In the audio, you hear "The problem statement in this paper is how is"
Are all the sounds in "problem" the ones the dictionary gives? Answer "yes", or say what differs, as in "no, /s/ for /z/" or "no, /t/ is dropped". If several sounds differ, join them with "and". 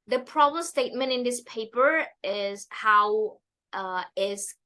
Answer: no, /l/ is dropped